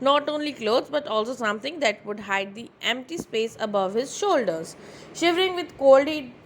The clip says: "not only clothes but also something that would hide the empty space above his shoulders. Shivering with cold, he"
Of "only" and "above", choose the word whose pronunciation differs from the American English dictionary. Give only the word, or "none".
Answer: none